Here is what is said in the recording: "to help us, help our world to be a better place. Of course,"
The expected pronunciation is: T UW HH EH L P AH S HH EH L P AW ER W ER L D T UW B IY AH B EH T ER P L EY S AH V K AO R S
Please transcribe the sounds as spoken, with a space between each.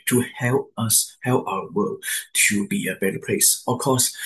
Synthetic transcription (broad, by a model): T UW HH EH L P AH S HH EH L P AW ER W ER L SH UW B IY AH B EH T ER P L EY S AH F K AO S